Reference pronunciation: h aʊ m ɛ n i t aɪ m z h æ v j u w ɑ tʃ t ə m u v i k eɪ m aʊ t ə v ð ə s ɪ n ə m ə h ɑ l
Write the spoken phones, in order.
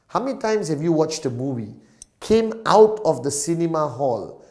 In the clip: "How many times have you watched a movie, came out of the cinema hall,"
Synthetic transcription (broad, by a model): h aʊ m ɛ n i t aɪ m s h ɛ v j u w ɑ tʃ t ə m u v i k eɪ m aʊ t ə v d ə s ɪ n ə m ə h ɑ l